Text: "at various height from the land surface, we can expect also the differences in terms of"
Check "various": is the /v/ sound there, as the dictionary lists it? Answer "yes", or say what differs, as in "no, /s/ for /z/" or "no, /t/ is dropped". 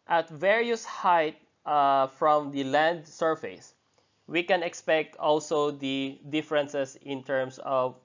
yes